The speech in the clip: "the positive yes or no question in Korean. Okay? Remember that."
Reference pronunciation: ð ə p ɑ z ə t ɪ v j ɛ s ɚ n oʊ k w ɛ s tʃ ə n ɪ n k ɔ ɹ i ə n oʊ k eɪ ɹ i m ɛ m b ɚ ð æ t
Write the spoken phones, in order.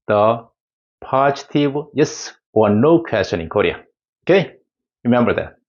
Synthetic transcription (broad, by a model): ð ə p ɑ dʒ t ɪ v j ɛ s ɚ n oʊ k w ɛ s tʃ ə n ɪ n k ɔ ɹ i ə oʊ k eɪ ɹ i m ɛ m b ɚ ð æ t